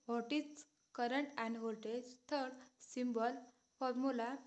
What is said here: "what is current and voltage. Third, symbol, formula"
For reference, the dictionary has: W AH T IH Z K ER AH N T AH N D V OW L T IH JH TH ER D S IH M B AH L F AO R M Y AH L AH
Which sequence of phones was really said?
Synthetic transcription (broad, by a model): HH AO T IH S K ER AH N T AH N D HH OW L T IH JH T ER D S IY M B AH L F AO R M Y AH L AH